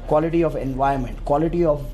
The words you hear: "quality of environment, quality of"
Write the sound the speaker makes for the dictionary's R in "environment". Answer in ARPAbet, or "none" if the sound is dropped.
none